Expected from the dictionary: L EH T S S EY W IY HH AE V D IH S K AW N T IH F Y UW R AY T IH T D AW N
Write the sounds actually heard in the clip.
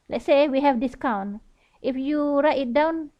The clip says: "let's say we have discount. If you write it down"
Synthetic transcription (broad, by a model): L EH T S S EY W IY HH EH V D IH S K AW N T IH F Y UW R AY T IH T D AW N